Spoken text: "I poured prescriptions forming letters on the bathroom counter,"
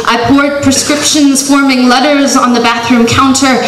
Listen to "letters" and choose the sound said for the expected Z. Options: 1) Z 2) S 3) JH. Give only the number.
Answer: 1